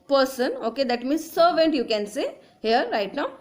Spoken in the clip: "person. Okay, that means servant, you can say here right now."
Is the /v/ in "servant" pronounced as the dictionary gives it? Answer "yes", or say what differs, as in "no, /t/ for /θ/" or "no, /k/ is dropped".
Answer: yes